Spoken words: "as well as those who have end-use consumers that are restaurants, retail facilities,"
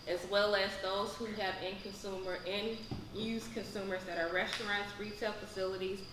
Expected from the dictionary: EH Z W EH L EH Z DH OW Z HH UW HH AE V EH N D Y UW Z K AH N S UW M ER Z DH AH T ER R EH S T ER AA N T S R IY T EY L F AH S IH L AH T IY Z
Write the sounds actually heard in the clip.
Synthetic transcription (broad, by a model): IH Z W EH L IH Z DH OW Z HH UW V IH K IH N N Y UW Z K AH N S UW M ER Z DH AH T ER R EH S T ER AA N T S R IY T EY L F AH S IH L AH T IY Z